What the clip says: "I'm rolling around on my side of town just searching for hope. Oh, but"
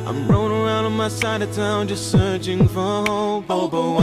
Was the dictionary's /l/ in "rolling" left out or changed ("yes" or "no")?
yes